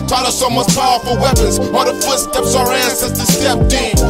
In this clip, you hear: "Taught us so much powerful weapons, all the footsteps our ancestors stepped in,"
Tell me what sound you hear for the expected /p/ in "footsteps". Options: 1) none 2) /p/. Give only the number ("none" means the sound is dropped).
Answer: 2